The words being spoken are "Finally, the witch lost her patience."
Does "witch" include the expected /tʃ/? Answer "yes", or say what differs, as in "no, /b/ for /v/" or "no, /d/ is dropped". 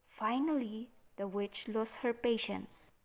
yes